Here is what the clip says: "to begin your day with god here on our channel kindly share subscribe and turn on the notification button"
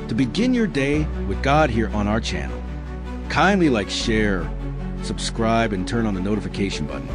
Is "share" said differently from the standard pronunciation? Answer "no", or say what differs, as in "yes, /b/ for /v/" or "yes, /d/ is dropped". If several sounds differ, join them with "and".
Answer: no